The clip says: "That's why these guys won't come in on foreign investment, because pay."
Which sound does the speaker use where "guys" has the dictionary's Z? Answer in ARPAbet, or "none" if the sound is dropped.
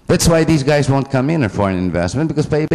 Z